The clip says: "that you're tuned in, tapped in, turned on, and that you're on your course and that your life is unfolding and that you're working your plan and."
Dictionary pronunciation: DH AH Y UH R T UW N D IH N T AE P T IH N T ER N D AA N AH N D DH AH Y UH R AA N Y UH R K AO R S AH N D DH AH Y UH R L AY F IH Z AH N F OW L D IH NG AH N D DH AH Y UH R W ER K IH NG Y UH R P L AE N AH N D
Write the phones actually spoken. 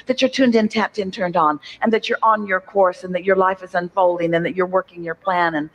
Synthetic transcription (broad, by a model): DH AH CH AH R T UW N D IH N T AE P T IH N T ER N D N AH N DH AH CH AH R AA N Y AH R K AO R S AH N DH AH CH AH R L AY F IH Z AH N F OW L D IH NG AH N DH AH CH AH R W ER K IH NG Y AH R P L AE N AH N